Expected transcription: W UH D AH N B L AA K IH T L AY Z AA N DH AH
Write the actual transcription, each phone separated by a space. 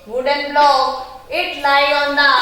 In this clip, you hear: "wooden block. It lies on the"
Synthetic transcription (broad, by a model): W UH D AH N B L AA IH T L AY AA N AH